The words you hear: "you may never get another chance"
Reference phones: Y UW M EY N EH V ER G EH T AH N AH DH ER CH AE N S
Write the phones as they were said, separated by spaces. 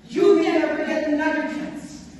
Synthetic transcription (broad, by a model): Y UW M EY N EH F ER G EH T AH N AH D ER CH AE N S